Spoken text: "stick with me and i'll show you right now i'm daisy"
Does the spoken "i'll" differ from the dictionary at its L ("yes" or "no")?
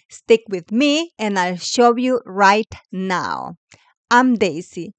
no